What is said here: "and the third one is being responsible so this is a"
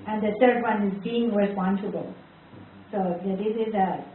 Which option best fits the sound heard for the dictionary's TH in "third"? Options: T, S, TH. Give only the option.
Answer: T